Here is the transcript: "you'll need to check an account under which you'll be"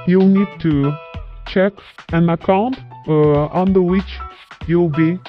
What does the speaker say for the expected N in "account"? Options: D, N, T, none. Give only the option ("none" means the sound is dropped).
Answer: N